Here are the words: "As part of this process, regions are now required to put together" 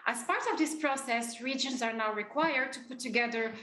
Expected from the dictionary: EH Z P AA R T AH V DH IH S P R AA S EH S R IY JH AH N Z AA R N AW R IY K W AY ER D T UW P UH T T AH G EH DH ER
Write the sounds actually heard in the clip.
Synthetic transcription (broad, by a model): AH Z P AA R T AH V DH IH S P R AA S EH S R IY JH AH N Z AA R N AW R IY K W AY ER D T UW P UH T T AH G EH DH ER